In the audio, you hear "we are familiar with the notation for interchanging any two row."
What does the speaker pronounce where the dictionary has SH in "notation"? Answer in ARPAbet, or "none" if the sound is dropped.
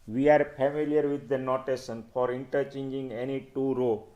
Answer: S